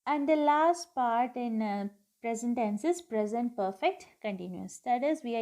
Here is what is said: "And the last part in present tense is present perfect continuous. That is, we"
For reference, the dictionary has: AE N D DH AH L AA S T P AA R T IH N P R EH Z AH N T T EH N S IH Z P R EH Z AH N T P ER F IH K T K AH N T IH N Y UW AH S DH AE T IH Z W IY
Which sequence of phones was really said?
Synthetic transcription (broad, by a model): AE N D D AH L AA S T P AA R T IH N P R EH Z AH N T T EH N S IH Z P R EH Z AH N T P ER F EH K T K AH N T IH N Y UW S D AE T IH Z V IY